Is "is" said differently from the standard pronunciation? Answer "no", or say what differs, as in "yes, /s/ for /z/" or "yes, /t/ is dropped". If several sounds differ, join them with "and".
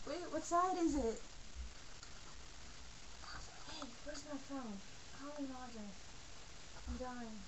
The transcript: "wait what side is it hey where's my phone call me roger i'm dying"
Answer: no